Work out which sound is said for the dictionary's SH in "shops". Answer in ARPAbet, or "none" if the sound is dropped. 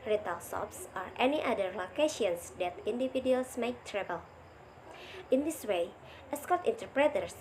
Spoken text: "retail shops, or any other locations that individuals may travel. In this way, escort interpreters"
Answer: S